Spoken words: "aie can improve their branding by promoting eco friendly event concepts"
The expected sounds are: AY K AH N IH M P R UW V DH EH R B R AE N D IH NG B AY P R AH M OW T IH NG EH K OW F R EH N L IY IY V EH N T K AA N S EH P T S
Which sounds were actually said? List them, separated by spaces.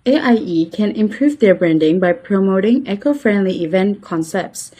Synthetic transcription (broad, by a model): AY K AH N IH M P R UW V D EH B R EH N D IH NG B AY P R AH M OW T IH NG EH K OW F R EH N L IY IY V EH N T K AA N S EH P T S